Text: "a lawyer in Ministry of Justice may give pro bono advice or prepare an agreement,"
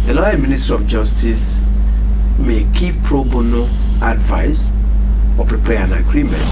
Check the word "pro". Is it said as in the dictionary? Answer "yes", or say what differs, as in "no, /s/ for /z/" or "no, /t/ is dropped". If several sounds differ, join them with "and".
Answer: yes